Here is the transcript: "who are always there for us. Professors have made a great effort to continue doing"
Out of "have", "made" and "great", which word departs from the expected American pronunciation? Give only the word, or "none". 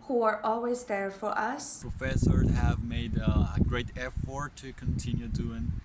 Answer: none